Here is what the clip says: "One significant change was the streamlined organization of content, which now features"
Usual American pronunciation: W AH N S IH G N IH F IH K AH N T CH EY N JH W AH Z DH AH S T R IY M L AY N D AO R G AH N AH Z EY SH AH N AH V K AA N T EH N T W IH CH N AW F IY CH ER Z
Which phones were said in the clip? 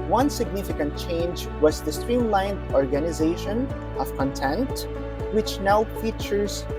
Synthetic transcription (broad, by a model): W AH N S IH G N IH F IH K AH N T CH EY N JH W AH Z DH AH S T R IY M L AY N D AO R G AH N AH Z EY SH AH N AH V K AA N T EH N T W IH CH N AW F IY CH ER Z